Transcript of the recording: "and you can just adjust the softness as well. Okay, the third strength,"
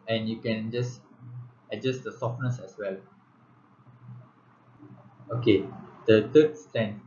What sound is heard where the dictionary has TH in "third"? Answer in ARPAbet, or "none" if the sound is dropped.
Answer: T